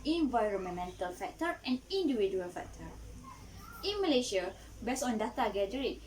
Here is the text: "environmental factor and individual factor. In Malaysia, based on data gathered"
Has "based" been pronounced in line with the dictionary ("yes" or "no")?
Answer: no